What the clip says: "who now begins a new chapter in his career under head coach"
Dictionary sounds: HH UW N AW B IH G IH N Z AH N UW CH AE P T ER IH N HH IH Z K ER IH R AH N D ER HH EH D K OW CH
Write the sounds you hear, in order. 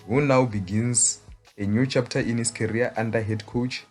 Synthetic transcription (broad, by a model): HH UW N AW B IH G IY N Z AH N UW CH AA P T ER IH N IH S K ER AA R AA N D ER HH EH D K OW CH